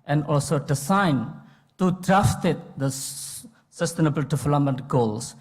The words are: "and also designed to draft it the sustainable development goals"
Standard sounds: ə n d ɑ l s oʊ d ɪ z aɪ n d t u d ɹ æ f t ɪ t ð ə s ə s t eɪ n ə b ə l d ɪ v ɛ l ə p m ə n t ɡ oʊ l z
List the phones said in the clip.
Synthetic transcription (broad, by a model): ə n d ɑ l s oʊ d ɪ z aɪ n t u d ɹ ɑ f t ɪ t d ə s ə s t eɪ n ə b ə l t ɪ f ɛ l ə m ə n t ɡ oʊ l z